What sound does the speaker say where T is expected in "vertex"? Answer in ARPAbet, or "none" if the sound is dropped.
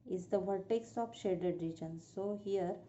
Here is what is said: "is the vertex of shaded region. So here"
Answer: T